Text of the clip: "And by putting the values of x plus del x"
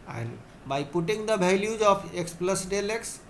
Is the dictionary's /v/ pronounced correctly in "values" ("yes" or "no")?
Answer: no